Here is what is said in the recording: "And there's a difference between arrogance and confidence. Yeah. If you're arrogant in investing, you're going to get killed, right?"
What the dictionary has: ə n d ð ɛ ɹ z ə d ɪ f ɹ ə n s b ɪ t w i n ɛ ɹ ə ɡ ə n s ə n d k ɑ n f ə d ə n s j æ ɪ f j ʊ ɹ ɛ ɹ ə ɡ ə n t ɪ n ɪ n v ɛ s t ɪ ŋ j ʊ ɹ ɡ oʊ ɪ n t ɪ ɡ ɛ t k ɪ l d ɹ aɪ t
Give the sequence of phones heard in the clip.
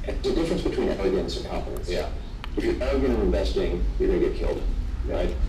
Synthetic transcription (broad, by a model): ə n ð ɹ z ə d ɪ f ɹ ə n s b ɪ t w i n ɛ l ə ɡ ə n s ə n k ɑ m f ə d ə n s j æ ɪ f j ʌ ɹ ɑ ə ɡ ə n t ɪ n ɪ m v ɛ s t ɪ ŋ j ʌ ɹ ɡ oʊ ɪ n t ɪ ɡ ɛ t k ɪ l d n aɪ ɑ